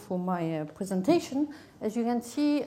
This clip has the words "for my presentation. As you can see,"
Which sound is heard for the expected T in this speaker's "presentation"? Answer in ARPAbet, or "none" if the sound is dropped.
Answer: T